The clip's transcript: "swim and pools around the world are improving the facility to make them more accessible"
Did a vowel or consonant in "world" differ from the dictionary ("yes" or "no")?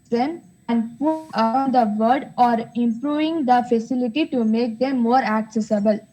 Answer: yes